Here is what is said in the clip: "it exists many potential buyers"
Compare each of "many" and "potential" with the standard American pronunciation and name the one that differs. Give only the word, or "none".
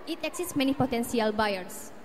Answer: potential